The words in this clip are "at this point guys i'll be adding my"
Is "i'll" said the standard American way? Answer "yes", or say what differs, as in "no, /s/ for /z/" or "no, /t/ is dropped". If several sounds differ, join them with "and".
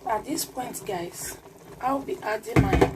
no, /w/ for /l/